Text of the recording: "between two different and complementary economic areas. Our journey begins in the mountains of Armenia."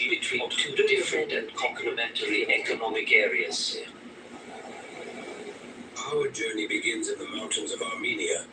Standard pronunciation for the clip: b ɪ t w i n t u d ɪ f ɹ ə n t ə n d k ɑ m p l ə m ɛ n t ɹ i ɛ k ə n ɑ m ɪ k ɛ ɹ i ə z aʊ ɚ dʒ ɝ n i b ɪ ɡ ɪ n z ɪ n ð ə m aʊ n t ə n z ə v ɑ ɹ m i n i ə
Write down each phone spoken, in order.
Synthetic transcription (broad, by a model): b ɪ t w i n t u d ɪ f ɹ ə n t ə n k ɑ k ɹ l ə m ɛ n t l i ɛ k ə n ɑ m ɪ k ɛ ɹ i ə s aʊ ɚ dʒ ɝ n i b ɪ ɡ ɪ n z ɪ n ð ə m aʊ n t ə n z ə v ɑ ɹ m i n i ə